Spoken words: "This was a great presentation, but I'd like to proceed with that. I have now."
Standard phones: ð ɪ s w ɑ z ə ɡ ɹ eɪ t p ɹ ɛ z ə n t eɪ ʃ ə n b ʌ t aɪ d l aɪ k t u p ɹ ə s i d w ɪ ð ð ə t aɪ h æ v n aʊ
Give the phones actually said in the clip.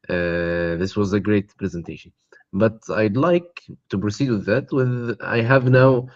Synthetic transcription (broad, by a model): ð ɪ s w ɑ z ə ɡ ɹ eɪ t p ɹ ɛ z ə n t eɪ ʃ ə n b ʌ t aɪ d l aɪ k t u p ɹ ə s i d w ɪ ð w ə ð aɪ h æ v n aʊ